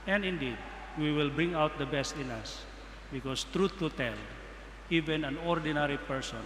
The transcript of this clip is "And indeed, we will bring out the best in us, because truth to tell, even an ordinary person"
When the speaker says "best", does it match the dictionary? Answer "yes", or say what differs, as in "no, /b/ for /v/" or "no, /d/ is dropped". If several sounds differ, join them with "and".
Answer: yes